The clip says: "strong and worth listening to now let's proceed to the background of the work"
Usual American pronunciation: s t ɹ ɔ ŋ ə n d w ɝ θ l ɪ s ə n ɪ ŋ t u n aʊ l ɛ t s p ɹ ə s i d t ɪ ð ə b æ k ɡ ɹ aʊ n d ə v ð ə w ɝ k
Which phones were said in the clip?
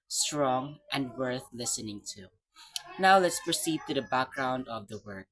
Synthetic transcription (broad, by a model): s t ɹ ɔ ŋ ə n d w ɝ θ l ɪ s ə n ɪ ŋ t u n aʊ l ɛ t s p ɹ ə s i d t ɪ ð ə b æ k ɡ ɹ aʊ n d ə v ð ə w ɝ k